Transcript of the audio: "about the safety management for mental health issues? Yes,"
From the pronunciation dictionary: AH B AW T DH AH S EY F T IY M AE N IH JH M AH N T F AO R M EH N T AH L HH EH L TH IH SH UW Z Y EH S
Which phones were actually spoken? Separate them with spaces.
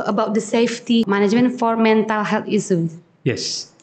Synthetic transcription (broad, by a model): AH B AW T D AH S EY F T IY M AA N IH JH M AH N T F AO R M EH N T AH L HH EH L T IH S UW Y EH S